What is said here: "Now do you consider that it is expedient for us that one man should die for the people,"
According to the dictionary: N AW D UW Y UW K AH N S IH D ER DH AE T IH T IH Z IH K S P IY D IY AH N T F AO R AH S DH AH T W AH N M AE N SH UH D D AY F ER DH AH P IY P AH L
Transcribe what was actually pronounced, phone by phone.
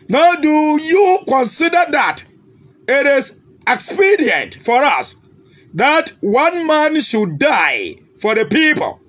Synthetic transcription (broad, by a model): N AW D UW Y UW K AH N S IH D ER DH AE T IH T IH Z IH K S P IY D IY AH N T F AO R AH S DH AH T W AH N M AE N SH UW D D AY F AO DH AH P IY P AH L